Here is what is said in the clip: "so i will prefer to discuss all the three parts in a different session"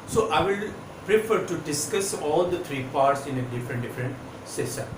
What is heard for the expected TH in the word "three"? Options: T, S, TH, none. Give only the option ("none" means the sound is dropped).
T